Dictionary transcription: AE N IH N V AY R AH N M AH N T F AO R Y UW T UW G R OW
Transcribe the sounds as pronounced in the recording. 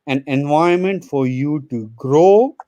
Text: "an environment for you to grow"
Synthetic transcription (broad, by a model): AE N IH N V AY AH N M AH N T F AO R Y UW T UW G R OW